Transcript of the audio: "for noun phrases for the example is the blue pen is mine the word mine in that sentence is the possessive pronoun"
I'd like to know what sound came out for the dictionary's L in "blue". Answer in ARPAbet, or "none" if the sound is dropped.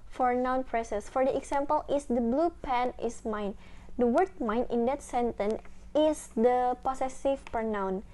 L